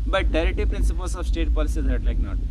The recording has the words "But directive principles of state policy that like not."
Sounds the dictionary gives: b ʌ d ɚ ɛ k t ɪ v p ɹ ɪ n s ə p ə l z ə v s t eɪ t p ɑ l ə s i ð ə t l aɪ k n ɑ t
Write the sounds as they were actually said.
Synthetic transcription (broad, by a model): b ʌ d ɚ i t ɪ p ɹ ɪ n s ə p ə l s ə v s t eɪ t p ɑ l ə s i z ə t l aɪ k n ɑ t